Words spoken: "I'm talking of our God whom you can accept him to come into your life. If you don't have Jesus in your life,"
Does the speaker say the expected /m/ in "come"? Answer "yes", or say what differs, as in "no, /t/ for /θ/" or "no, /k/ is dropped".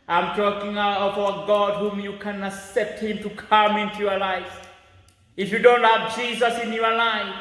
yes